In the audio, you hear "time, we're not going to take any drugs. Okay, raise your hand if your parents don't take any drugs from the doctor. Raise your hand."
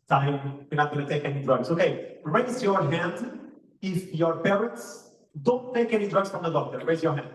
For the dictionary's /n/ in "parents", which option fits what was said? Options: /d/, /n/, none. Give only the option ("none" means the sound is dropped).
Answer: none